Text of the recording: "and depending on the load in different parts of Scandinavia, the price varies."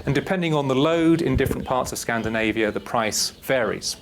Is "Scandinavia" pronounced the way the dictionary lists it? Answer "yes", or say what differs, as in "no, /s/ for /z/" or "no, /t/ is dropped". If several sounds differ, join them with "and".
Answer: yes